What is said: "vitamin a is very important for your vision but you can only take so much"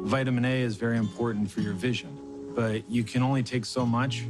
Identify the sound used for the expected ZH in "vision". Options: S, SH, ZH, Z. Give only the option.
ZH